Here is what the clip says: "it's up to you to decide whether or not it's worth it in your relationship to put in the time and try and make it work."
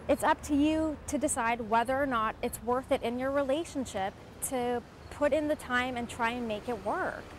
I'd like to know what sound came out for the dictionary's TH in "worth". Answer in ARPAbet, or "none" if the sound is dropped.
TH